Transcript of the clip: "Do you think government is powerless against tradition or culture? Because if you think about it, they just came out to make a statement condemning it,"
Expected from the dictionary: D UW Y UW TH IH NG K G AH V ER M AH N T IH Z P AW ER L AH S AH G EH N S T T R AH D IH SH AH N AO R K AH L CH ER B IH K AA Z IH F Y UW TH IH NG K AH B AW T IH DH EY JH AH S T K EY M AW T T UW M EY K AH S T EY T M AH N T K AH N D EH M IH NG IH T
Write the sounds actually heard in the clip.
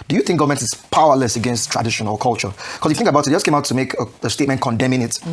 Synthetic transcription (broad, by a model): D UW Y UW TH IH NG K G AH V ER M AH N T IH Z P AW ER L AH S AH G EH N S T T R AH D IH SH AH N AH L K AH L CH ER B K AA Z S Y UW TH IH NG K AH B AW T IH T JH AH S K EY M AW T T UW M EY K AH S T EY T M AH N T K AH N D EH M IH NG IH T